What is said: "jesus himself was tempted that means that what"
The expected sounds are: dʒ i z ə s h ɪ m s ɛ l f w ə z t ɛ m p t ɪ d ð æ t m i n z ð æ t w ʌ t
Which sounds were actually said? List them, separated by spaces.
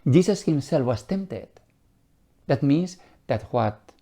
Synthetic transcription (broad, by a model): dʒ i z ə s h ɪ m s ɛ l f w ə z t ɛ m p t ɪ d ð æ t m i n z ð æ t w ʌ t